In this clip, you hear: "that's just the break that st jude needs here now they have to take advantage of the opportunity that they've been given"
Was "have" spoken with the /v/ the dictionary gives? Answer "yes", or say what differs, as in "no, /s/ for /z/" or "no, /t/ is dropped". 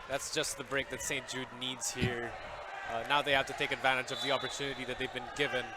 no, /f/ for /v/